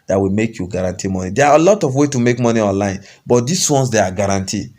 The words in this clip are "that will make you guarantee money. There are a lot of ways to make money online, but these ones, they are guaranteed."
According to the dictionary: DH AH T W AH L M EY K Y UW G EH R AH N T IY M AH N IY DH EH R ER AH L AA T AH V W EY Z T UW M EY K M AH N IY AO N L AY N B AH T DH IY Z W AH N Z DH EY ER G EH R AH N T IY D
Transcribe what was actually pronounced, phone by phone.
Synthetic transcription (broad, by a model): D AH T W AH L M EY K Y UW G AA R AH N T IY M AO N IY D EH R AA AH L AA T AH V W EY T UW M EY K M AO N IY AO N L AY N B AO T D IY S W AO N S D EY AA G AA R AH N T IY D